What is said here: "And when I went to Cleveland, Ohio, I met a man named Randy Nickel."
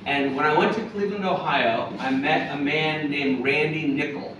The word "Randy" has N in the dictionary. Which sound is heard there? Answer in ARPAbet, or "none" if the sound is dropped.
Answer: N